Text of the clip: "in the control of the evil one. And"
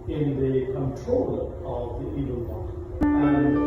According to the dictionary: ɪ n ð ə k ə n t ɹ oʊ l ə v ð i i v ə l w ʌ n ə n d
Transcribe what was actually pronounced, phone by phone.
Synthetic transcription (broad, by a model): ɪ n ð ə k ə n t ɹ oʊ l ə v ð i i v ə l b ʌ ə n